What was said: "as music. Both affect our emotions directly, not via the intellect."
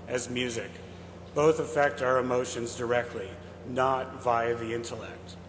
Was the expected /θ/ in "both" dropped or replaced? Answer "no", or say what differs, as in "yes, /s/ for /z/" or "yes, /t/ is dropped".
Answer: no